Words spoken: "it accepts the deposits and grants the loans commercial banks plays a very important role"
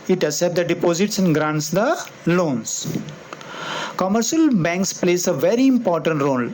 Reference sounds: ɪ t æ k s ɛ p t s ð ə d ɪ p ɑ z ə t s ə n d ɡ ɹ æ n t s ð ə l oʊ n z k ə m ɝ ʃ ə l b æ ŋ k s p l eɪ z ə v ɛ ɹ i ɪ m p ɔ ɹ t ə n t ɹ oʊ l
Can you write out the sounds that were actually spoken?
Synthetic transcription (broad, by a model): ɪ t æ s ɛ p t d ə d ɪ p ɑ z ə t s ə n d ɡ ɹ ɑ n t s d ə l oʊ n s k ə m ɝ ʃ ə l b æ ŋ k s p l eɪ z ə v ɛ ɹ i ɪ m p ɔ ɹ t ə n t ɹ oʊ l